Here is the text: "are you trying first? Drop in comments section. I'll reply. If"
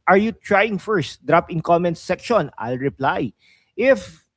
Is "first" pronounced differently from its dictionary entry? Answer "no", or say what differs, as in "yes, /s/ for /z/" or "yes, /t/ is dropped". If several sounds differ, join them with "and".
no